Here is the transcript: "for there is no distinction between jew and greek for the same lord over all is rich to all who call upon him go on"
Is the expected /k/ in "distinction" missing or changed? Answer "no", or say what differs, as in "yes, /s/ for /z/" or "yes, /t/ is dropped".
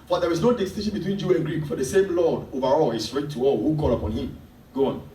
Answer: yes, /k/ is dropped